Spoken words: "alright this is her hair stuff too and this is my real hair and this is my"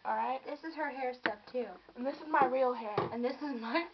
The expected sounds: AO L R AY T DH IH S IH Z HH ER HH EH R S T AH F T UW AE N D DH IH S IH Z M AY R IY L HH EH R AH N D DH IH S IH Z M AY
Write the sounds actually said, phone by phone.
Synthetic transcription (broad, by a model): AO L R AY T DH IH S IH Z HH ER HH EH R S T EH P T UW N DH IH S IH Z M AY R IY L HH EH R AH N DH IH S IH Z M AY